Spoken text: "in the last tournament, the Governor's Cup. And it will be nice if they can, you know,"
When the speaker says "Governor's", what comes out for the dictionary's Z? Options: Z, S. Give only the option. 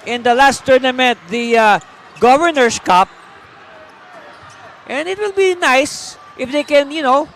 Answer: S